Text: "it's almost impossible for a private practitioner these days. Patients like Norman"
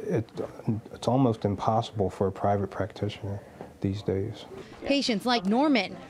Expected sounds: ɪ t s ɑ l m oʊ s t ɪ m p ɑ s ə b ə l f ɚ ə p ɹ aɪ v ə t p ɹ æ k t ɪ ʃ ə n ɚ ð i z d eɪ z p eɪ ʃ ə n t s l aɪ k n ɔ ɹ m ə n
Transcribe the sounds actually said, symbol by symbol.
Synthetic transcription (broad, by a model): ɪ t s ɑ l m oʊ s t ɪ m p ɑ s ə b l f ɚ ə p ɹ aɪ v ə t p ɹ æ k t ɪ ʃ ə n ɚ ð i z d eɪ z p eɪ ʃ ə n t s l aɪ k n ɔ ɹ m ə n